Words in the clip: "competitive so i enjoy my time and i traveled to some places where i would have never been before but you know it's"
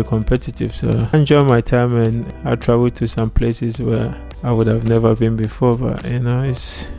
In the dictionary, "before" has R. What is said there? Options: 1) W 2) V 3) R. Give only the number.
3